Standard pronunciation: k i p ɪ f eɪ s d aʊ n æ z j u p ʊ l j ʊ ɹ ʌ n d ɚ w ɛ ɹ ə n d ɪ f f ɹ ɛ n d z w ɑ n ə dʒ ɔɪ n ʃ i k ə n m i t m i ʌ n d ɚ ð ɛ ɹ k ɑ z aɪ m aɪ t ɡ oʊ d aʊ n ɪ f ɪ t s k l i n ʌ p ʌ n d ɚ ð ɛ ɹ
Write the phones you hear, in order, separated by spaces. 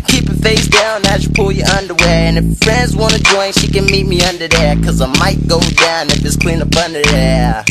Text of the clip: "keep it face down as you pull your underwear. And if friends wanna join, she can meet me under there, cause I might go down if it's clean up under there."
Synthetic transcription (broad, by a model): k i p ɪ f eɪ s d aʊ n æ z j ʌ p ʊ l j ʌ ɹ ʌ n d ɚ w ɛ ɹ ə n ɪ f f ɹ ɛ n d z w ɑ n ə dʒ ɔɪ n ʃ i k ə n m i t m i ʌ n d ɚ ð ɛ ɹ k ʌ z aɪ m aɪ t ɡ oʊ d aʊ n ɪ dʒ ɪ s k l i n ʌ b ʌ n d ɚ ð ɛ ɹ